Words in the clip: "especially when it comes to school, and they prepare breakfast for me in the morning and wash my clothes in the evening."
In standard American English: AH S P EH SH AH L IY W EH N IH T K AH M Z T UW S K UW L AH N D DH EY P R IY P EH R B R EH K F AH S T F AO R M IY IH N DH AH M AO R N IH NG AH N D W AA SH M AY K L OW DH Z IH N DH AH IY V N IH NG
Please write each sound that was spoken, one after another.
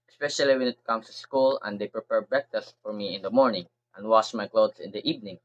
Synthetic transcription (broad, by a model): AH S P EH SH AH L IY W EH N IH T K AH M S T UW S K UW L AH N D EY P R IY P EH R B EH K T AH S F AO R M IY IH N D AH M AO R N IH NG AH N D W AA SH M AY K L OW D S IH N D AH IY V N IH NG